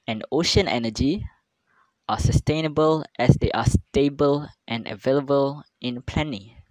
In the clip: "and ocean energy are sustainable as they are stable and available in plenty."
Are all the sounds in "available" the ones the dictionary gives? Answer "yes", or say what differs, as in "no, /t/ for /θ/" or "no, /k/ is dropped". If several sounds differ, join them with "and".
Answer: yes